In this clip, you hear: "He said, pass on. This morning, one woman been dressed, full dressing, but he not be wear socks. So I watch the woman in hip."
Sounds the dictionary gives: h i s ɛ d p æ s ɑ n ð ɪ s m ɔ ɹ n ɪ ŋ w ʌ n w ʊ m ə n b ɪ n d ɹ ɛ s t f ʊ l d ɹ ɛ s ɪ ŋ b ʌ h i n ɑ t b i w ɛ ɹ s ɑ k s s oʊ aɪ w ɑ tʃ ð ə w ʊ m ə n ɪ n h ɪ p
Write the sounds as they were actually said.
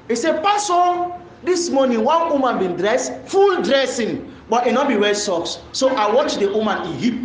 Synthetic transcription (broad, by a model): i s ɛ p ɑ s ɑ n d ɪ s m ɔ n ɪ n w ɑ n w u m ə n b ɪ n d ɹ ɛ s f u l d ɹ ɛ s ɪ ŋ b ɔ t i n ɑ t b i w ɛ l s ɑ k s s oʊ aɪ w ɑ tʃ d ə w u m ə n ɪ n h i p